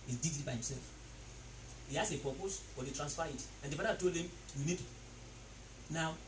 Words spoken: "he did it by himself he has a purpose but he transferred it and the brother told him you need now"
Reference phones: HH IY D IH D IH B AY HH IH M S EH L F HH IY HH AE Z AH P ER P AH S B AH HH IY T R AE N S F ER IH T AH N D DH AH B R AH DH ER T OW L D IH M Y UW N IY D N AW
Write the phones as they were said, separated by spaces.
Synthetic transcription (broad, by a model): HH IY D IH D IH B AY HH IH M S EH L F HH IY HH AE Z AH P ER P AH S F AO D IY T R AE N S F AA IH T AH N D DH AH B AH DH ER T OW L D IH M Y UW N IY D N AW